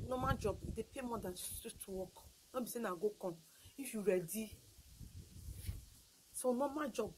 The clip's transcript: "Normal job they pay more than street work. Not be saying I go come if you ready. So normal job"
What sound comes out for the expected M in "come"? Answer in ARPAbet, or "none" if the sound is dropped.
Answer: none